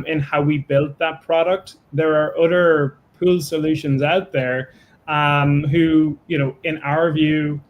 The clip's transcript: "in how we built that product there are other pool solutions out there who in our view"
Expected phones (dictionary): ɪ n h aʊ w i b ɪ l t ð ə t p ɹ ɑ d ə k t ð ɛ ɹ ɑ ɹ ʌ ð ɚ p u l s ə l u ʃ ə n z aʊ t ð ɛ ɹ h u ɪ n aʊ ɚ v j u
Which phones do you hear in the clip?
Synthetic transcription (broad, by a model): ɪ n h aʊ w i b ɪ l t ð ə t p ɹ ɑ d ə k t ð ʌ ɹ ɹ ʌ ð ɚ p u l s ə l u ʃ ə n z aʊ t ð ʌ ɹ h u ɪ n aʊ ɚ v j u